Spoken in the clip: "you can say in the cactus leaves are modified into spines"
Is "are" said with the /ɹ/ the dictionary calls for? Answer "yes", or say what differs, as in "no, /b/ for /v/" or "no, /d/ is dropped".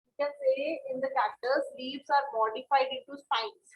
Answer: yes